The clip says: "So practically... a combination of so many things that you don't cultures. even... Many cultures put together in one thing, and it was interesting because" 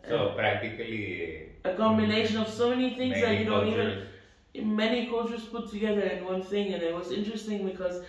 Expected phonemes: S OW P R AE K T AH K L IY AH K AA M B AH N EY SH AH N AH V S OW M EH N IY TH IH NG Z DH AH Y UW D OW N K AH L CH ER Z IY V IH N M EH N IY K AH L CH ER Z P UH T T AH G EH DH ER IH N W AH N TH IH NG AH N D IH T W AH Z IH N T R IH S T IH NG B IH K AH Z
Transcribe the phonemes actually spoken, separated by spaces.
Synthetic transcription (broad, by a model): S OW P R AE K T AH K L IY AH K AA M AH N EY SH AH N AH V S OW M EH N IY TH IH NG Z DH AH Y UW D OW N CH IY V IH N M EH N IY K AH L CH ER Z P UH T T AH G EH DH ER IH N W AH N TH IH NG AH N IH T W AH Z IH N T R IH S T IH NG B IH K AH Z